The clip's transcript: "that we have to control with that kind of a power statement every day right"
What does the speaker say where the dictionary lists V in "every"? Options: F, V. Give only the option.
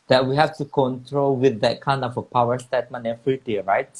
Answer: F